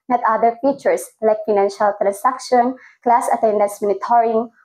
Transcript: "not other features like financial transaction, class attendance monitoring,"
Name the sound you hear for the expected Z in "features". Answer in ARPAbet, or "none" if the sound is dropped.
S